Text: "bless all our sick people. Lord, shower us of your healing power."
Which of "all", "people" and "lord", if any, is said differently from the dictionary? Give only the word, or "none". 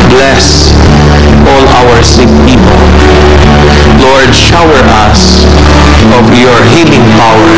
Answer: none